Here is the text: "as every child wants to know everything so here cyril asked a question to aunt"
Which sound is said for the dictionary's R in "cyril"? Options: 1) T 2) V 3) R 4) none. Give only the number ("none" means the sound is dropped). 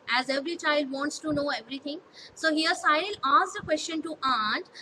4